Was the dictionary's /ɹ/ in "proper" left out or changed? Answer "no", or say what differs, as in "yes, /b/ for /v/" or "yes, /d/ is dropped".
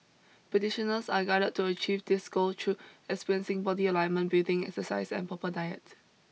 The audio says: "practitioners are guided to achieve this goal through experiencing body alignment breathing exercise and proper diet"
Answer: yes, /ɹ/ is dropped